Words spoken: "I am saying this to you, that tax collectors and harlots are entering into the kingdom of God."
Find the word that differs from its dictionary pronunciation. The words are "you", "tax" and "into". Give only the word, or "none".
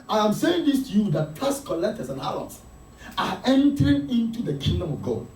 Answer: tax